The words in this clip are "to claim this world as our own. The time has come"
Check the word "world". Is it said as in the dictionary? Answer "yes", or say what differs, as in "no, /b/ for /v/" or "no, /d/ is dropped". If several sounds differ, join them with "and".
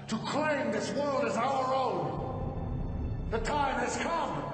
yes